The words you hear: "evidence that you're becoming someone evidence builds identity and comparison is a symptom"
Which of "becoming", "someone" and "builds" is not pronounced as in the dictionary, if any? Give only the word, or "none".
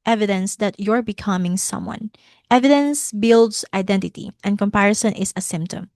builds